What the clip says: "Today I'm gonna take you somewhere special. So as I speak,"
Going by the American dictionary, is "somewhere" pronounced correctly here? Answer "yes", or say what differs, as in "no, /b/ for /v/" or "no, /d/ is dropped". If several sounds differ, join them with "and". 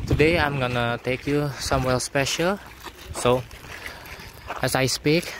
no, /l/ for /ɹ/